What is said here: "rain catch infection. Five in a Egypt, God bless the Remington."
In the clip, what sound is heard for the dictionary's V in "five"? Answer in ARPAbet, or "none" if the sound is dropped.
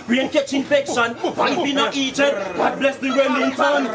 none